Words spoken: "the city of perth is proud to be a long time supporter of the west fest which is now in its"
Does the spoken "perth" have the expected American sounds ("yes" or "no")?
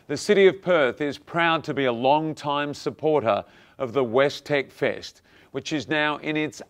yes